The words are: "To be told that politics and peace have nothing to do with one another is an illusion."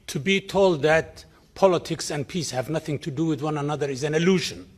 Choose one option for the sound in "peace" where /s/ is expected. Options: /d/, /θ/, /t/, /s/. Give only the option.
/s/